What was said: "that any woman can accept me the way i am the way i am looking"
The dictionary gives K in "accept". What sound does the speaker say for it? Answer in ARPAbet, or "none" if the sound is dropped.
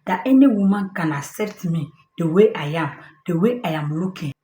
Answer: none